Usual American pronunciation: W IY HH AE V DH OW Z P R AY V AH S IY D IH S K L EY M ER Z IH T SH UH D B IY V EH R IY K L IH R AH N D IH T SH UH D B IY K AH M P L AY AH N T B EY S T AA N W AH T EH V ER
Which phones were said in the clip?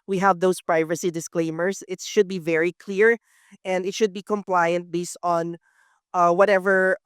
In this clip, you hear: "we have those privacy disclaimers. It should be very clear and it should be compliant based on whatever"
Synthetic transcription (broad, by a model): W IY HH AE V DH OW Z P R AY V AH S IY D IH S K L EY M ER S IH T SH UH D B IY V EH R IY K L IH R AH N D IH T SH UH D B IY K AH M P L AY AH N T B EY S T AA N W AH T EH V ER